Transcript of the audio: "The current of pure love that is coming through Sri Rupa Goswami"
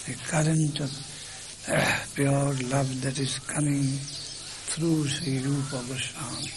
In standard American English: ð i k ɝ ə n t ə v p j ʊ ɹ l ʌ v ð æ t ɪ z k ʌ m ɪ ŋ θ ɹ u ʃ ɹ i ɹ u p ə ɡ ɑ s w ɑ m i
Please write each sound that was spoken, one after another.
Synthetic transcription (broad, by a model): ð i k ɝ ə n t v p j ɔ ɹ l ʌ v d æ t ɪ z k ʌ m ɪ ŋ t ɹ u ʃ ɹ i ɹ u p ə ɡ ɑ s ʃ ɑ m